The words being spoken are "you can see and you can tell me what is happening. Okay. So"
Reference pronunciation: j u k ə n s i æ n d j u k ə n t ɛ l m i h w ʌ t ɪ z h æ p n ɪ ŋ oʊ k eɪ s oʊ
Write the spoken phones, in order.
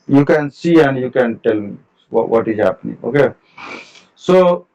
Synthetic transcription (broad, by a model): j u k ə n s i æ n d j u k ə n t ɛ l m i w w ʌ t ɪ z h æ p n ɪ ŋ oʊ k eɪ s oʊ